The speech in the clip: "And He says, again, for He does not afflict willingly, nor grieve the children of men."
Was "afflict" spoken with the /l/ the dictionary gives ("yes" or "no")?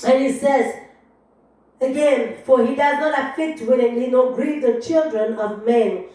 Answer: no